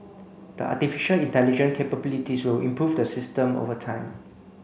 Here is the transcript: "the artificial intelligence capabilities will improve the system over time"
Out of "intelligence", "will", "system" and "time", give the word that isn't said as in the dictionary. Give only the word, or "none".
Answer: intelligence